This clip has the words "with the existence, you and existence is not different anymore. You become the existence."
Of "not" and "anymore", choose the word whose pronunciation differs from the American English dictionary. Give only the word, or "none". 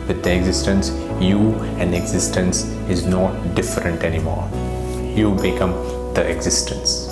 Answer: none